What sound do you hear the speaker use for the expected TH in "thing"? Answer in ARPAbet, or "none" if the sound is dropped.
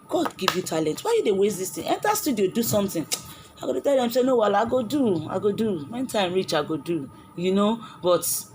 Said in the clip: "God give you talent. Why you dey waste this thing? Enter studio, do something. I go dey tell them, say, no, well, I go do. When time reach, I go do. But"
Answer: T